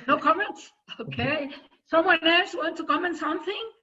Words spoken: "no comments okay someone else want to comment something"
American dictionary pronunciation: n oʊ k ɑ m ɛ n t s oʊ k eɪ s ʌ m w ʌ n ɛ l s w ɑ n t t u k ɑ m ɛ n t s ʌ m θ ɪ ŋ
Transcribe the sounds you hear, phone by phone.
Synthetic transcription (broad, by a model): n oʊ k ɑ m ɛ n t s oʊ k eɪ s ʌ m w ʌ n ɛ s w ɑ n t t u k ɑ m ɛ n s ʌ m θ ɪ ŋ